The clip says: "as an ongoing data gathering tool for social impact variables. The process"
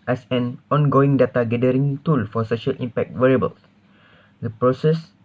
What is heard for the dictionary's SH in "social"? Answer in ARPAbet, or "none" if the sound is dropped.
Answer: SH